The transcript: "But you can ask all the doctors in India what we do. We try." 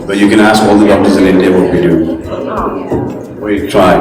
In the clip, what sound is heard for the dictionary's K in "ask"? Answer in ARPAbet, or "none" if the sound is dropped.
K